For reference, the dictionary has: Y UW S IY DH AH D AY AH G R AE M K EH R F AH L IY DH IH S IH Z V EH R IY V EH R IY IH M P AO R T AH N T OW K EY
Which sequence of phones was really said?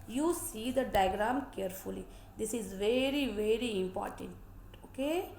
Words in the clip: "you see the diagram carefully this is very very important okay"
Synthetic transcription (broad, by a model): Y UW S IY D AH D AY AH G R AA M K EH R F AH L IY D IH S IH Z V EH R IY V EH R IY IH M P AO R T AH N T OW K EY